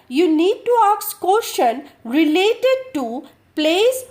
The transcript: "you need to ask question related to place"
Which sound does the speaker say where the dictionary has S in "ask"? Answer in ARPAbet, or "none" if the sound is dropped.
none